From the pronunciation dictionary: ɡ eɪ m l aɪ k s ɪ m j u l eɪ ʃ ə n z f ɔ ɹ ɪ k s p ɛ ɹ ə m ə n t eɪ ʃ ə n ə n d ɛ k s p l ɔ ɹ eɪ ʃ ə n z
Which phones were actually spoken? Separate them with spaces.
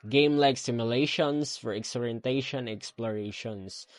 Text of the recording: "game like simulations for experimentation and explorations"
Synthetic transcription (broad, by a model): ɡ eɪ m l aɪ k s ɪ m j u l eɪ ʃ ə n s f ɔ ɹ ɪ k s ɔ ɹ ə ə n t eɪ ə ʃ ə n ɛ k s p l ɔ ɹ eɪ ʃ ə n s